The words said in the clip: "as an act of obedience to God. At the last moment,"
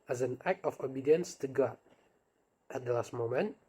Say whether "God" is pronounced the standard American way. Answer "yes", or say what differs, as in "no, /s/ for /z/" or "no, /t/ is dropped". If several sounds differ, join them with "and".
no, /d/ is dropped